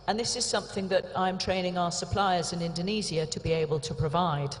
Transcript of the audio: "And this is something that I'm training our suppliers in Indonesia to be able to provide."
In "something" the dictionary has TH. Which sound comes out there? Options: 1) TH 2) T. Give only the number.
1